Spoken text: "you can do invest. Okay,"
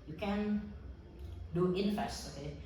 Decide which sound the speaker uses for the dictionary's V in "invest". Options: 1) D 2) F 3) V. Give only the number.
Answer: 2